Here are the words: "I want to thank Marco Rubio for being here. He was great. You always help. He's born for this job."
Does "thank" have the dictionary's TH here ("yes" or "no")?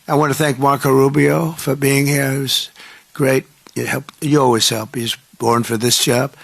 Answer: yes